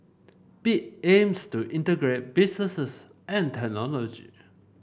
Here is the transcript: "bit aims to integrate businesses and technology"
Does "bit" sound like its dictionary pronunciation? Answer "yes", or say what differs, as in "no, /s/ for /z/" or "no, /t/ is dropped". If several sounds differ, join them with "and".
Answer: no, /t/ is dropped